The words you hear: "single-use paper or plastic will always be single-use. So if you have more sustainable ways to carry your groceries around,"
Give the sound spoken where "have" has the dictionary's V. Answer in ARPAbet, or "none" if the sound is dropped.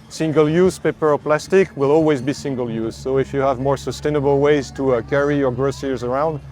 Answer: V